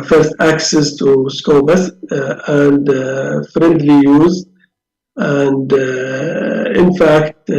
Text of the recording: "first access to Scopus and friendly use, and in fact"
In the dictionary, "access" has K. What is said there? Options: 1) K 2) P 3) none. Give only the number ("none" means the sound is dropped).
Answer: 1